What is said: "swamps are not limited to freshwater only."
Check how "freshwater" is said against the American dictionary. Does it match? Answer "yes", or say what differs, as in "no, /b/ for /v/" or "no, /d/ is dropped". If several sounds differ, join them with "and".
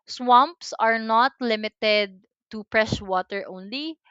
no, /p/ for /f/